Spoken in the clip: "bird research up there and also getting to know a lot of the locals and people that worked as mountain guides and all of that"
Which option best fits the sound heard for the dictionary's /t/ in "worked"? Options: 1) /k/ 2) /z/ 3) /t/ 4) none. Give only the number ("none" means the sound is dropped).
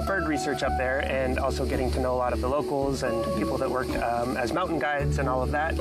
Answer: 4